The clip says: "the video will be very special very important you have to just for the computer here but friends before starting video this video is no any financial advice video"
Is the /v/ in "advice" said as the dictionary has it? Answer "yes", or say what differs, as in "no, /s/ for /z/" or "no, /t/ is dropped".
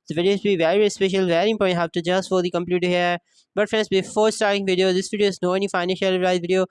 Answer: no, /v/ is dropped